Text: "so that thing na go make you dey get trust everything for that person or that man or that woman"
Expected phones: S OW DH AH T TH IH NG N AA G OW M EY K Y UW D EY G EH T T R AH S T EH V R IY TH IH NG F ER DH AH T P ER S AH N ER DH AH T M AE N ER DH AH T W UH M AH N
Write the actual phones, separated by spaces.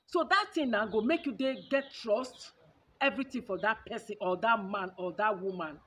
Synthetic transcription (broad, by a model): S OW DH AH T T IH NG N AA G OW M EY K Y UW D EY G EH T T R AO S T EH V R IY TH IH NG F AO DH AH T P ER S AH N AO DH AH T M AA N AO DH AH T W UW M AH N